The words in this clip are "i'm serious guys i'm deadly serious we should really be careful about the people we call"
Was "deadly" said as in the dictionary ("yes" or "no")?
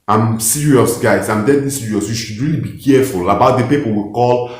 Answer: no